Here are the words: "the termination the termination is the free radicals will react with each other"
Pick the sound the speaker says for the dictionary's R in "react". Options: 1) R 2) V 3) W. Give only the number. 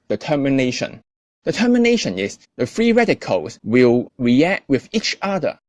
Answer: 1